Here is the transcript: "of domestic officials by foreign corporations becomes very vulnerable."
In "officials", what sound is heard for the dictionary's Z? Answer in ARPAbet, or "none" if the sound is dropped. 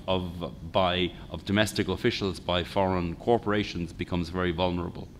Z